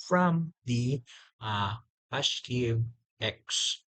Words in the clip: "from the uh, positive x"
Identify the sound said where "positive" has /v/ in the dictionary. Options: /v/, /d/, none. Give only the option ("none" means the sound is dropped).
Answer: none